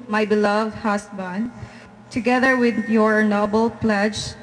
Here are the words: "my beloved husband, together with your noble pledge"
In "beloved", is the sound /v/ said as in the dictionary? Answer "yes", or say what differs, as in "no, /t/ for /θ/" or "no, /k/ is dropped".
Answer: yes